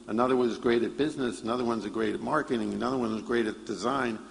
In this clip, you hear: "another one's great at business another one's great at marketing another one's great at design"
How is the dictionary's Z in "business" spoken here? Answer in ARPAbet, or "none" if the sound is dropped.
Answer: Z